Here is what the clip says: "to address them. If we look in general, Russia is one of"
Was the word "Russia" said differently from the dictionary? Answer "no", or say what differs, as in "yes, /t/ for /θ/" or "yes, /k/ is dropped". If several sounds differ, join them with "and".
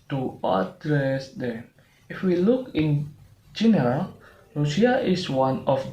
yes, /ʃ/ is dropped